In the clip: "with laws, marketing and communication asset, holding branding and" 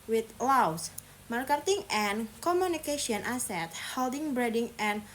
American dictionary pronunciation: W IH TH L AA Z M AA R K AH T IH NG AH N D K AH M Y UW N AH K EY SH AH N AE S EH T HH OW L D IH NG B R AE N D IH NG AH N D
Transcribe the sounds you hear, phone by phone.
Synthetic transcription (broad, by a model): W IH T L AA S M AA R K AH T IH NG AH N K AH M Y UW N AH K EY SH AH N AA S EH T HH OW L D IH NG B R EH D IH NG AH N